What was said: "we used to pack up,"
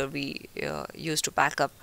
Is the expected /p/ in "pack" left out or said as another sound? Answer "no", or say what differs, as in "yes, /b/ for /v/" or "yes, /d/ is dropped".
yes, /b/ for /p/